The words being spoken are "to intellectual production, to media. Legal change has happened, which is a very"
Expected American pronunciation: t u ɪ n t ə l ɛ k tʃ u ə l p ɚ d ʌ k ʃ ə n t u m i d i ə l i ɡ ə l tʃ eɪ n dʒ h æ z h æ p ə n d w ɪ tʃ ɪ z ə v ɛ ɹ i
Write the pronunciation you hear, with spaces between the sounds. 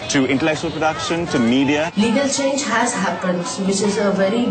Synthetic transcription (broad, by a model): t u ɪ n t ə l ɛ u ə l p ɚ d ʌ k ʃ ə n t u m i d i ə l i ɡ ə l tʃ eɪ n dʒ h æ z h æ p ə n d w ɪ tʃ ɪ z ə v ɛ ɹ i